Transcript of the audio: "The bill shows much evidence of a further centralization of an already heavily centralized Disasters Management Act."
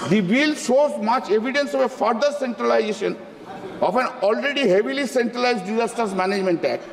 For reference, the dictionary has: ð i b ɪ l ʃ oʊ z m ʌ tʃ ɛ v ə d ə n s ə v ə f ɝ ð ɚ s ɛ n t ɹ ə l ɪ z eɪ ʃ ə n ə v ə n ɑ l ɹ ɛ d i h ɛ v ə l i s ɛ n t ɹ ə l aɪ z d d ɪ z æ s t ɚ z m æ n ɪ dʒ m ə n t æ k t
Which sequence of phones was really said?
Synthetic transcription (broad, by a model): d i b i l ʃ oʊ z m ʌ tʃ ɛ v ə d ə n s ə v ə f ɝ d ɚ s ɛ n t ɹ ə l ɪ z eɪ ʃ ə n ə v ə n ɑ l ɹ ɛ d i h ɛ v ə l i s ɛ n t ɹ ə l aɪ z d d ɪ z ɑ s t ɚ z m æ n ɪ dʒ m ə n t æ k